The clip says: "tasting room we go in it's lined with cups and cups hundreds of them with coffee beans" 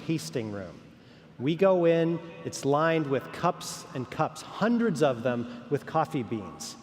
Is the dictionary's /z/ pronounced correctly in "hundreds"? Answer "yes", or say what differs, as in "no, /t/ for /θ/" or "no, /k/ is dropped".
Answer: yes